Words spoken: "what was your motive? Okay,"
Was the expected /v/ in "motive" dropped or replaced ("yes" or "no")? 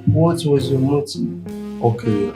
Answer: yes